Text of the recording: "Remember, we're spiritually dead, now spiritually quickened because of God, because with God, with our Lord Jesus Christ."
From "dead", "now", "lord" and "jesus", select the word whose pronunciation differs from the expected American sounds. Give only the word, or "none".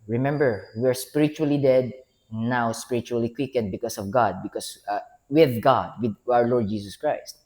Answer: jesus